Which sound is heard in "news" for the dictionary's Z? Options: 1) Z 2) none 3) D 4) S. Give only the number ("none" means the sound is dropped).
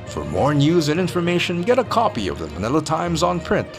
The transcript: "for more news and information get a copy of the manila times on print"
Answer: 1